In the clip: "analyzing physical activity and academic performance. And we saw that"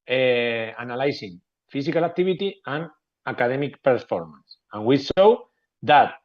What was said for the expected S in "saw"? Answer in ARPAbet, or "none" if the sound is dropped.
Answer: SH